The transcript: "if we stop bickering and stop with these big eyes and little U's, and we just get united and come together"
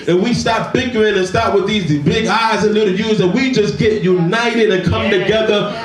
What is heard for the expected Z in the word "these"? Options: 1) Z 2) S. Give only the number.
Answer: 1